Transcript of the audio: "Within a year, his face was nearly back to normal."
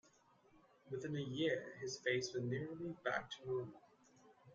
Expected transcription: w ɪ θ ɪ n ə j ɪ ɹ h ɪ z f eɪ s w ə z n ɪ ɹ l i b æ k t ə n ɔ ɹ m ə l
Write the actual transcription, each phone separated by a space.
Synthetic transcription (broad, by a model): w ɪ θ ɪ n ə j ɪ ɹ ɪ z f eɪ s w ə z n ɪ ɹ l i b æ k t ə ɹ ə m